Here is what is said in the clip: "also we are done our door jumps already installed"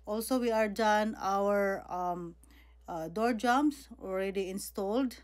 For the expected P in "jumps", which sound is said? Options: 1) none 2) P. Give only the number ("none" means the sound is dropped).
1